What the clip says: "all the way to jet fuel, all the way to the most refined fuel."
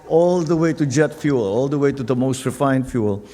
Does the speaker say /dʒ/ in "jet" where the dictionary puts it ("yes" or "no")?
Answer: yes